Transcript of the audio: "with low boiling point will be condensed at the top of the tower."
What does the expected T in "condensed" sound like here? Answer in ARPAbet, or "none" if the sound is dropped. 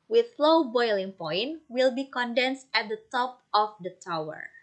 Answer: T